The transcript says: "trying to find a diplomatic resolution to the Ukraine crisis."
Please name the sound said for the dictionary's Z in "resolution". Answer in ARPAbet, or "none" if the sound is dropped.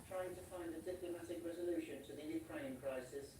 Z